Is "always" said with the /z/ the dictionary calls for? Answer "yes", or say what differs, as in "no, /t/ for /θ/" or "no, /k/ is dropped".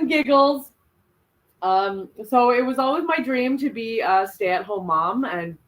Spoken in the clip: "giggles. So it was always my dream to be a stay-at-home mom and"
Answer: yes